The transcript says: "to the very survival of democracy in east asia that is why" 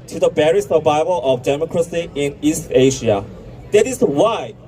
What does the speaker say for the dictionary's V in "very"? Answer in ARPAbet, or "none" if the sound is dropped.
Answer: B